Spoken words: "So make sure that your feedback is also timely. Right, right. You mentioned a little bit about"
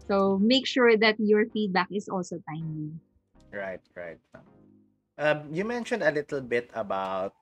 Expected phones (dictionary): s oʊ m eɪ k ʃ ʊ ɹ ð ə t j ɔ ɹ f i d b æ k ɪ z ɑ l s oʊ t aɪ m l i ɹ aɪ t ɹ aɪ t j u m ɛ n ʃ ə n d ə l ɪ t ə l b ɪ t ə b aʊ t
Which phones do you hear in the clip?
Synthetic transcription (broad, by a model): s oʊ m eɪ k ʃ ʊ ɹ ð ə t j ɔ ɹ f i d b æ k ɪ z ɑ l s oʊ t aɪ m i ɹ aɪ t ɹ aɪ t j u m ɛ n ʃ ə n d ə l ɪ t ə l b ɪ t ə b aʊ t